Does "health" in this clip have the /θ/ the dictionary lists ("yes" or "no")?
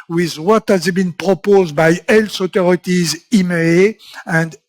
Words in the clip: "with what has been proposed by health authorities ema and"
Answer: no